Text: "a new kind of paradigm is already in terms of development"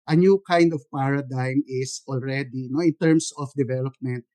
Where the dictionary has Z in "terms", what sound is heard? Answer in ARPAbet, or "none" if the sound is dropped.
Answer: S